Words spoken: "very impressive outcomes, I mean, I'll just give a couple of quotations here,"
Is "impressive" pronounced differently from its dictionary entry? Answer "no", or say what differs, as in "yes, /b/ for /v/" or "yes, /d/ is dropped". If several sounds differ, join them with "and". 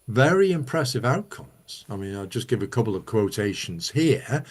no